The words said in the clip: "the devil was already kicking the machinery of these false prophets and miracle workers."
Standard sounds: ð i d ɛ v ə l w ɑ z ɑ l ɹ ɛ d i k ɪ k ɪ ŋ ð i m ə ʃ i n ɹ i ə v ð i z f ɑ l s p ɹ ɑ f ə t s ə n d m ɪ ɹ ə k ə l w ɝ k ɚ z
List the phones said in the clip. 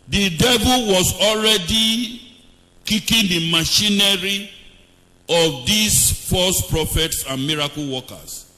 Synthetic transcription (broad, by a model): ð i d ɛ v ə l w ɑ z ɑ l ɹ ɛ d i k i k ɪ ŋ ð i m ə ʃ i n ɹ i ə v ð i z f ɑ s p ɹ ɑ f ə t s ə n m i ɹ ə k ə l w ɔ k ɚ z